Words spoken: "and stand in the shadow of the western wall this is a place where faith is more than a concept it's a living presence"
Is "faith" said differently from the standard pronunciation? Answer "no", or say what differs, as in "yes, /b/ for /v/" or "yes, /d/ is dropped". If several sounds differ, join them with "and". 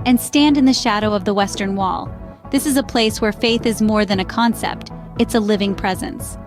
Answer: no